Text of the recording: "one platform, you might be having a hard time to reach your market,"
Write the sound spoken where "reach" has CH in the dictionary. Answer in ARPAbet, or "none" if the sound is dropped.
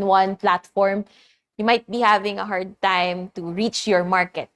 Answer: CH